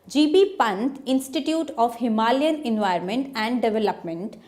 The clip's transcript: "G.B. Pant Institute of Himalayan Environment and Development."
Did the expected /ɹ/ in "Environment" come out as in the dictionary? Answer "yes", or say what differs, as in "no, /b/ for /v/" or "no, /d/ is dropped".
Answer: no, /ɹ/ is dropped